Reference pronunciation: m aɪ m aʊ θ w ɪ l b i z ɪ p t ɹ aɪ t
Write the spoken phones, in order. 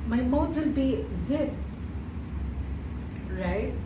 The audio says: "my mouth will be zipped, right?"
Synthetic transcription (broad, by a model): m aɪ m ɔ t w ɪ l b i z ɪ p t ɹ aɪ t